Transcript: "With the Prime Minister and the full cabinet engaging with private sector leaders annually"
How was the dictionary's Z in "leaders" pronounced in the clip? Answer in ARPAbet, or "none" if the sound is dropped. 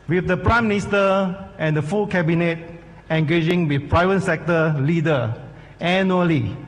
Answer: none